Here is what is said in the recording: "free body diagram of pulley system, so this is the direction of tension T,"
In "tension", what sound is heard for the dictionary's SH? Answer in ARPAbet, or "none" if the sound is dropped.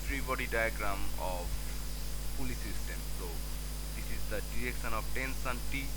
S